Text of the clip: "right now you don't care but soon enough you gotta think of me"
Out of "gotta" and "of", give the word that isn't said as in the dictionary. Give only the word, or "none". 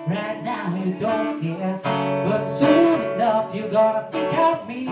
of